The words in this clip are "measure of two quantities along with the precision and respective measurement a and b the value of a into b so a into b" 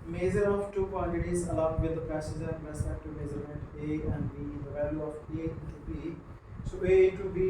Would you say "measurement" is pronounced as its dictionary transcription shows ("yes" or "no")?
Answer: no